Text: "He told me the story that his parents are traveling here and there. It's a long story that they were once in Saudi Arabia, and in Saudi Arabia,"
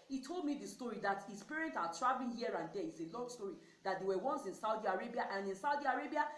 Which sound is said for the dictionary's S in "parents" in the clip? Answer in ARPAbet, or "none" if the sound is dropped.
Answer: none